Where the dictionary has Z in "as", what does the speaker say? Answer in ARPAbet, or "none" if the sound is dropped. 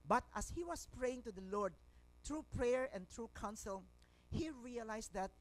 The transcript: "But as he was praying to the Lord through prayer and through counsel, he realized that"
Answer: S